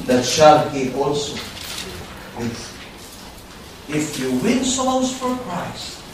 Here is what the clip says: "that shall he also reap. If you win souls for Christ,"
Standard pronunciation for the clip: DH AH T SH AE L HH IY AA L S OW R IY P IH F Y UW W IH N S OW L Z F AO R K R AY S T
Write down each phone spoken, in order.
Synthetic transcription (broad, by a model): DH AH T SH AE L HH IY AA L S OW W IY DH IH F Y UW W IH N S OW Z F AO R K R AY S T